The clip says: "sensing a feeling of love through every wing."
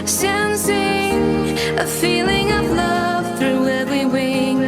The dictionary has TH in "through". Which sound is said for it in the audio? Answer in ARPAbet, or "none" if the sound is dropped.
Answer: TH